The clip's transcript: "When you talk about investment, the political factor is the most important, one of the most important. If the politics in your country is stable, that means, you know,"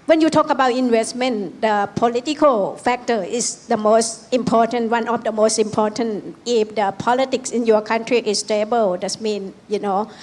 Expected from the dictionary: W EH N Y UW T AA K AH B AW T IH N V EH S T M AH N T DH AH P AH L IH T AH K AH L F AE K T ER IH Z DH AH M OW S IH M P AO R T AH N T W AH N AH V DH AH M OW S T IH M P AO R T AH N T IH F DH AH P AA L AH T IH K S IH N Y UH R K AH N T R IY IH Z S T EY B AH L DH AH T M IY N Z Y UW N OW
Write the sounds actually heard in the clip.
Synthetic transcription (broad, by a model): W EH N Y UW T AA K AH B AW T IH N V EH S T M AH N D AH P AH L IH T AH K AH L F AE K T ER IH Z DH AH M OW S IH M P AO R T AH N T W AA N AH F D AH M OW S T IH M P AO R T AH N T IH F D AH P AA L AH T IH K S IH N Y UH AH K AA N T R IY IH S T EY B AH L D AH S M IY N Y UW N OW